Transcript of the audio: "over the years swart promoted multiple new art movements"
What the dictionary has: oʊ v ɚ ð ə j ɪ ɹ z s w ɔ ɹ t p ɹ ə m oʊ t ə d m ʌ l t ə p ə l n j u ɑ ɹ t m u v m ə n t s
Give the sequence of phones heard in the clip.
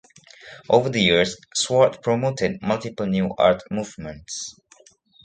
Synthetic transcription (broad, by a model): oʊ v ɚ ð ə j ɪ ɹ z s w ɔ ɹ t p ɹ ə m oʊ t ə d m ʌ l t ə p ə l n j u ɑ ɹ t m u v m ə n t s